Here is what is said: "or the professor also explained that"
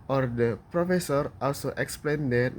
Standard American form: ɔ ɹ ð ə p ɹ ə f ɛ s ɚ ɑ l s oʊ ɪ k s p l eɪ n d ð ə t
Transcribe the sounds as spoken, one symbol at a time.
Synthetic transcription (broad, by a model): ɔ ɹ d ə p ɹ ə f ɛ s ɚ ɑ l s oʊ ɪ k s p l eɪ n d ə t